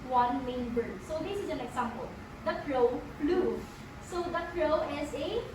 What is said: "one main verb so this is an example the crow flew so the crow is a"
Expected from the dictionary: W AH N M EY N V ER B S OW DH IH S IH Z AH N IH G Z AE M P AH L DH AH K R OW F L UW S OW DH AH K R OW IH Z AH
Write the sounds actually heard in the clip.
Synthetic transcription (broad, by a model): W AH N M EY N B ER S OW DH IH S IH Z AH N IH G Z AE M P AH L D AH K R OW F L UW S OW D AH K R OW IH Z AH